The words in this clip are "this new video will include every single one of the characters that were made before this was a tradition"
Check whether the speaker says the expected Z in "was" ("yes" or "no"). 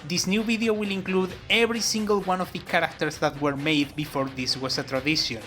no